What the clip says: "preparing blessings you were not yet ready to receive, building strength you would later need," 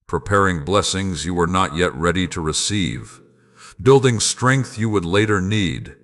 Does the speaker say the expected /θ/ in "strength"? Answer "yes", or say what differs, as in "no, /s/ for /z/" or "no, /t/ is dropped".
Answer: yes